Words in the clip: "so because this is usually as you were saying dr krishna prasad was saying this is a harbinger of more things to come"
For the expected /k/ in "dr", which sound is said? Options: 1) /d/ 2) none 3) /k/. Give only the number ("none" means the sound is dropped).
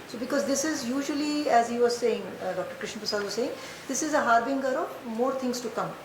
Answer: 3